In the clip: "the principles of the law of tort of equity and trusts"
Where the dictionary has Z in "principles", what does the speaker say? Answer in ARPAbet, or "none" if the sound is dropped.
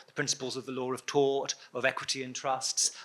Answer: Z